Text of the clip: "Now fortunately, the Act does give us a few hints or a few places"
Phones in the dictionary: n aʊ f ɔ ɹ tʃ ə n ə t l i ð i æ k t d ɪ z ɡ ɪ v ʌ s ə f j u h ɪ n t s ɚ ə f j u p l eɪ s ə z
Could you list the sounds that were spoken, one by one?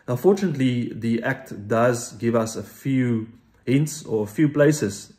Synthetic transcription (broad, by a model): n f ɔ tʃ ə n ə t l i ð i æ k t d ɪ z ɡ ɪ v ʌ s ə f j u h ɪ n t s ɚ ə f j u p l eɪ s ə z